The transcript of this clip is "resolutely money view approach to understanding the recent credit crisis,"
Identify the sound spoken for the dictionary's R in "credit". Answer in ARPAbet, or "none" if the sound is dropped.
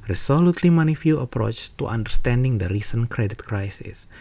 R